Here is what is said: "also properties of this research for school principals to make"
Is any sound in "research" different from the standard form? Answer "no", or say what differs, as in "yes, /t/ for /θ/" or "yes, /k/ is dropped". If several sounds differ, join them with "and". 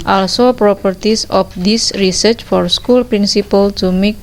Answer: no